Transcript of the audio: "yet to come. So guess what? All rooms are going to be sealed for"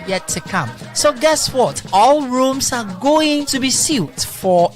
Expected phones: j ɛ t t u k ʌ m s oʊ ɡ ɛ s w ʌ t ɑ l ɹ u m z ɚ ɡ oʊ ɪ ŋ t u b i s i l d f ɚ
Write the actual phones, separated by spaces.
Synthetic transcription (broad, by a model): j ɛ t t u k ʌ m s oʊ ɡ ɛ s w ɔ t ɑ l ɹ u m s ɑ ɡ oʊ ɪ ŋ t u b i s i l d f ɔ